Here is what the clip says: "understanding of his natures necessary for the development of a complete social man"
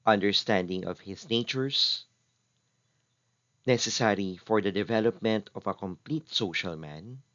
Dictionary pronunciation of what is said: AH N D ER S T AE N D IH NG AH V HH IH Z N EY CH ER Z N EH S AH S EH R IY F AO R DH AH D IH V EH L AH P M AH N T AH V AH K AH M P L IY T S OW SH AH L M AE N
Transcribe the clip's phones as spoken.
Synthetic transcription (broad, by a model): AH N D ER S T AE N D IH NG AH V HH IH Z N EY CH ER S N EH S AH S EH R IY F AO R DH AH D IH V EH L AH P M AH N T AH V AH K AH M P L IY T S OW SH AH L M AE N